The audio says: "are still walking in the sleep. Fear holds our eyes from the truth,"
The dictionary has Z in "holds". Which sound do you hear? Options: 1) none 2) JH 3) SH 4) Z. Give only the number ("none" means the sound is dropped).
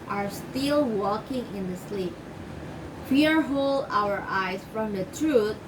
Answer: 1